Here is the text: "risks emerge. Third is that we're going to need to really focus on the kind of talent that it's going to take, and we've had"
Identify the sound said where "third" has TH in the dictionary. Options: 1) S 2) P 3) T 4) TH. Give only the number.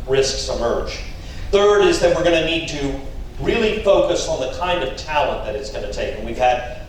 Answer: 4